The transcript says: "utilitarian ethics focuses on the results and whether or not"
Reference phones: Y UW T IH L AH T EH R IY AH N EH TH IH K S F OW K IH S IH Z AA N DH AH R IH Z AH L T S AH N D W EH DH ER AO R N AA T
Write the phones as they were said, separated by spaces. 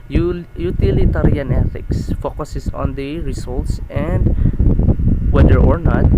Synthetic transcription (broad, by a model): Y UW T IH L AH T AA R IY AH N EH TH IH K S F OW K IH S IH S AA N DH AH R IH S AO L T S AH N D W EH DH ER AO R N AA T